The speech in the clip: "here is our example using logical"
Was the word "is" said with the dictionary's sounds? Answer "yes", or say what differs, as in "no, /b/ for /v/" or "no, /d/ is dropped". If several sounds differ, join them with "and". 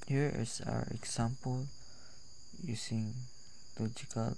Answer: no, /s/ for /z/